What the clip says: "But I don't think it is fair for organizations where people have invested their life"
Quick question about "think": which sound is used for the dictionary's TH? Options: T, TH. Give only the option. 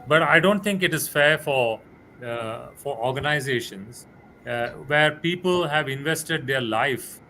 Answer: T